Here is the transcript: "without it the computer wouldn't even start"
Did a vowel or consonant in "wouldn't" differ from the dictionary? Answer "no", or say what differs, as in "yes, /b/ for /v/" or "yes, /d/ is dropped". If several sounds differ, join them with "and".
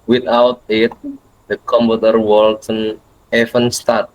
yes, /t/ is dropped